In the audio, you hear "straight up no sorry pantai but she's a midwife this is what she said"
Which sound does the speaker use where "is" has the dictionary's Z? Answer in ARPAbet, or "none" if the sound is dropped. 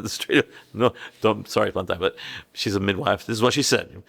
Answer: Z